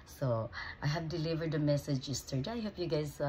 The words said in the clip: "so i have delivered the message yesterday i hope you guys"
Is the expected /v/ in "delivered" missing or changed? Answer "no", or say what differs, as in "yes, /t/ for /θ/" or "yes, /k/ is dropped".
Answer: no